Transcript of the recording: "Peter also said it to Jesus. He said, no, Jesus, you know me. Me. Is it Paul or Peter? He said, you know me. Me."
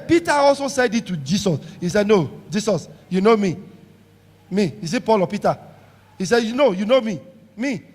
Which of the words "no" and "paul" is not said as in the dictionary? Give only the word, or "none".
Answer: none